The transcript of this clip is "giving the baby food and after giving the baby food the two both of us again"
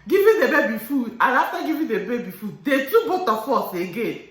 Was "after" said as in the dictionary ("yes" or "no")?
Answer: no